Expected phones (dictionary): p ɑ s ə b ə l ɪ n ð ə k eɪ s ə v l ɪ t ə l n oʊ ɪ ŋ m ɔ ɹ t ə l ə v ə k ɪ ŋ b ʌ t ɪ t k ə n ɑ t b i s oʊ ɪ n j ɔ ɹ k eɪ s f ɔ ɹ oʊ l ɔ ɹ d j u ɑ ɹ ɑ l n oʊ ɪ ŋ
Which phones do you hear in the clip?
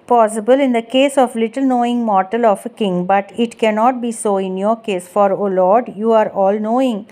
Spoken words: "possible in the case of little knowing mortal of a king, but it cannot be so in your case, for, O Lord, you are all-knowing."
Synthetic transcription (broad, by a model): p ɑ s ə b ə l ɪ n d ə k eɪ s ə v l ɪ t ə l n oʊ ɪ ŋ m ɔ ɹ t ə l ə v ə k ɪ ŋ b ʌ t ɪ t k ə n ɑ t b i s oʊ ɪ n j ɔ ɹ k eɪ s f ɔ ɹ oʊ l ɔ ɹ d j u ɑ ɹ ɑ l n oʊ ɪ ŋ